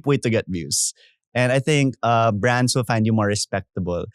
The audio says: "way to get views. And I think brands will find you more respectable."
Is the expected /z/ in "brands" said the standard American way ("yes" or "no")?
no